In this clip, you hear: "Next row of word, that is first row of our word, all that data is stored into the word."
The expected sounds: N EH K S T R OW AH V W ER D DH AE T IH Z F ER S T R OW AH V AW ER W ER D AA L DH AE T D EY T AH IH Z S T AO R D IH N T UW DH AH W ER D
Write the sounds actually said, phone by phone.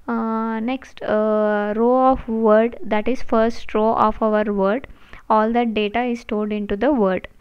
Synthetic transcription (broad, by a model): N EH K S T R OW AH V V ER D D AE T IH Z F ER S T R OW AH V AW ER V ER D AA L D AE T D EY T AH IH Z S T AO L D IH N T UW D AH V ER D